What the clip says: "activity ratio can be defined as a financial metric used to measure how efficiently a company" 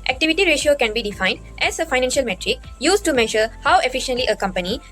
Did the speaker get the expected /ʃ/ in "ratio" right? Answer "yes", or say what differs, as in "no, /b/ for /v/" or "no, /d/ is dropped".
yes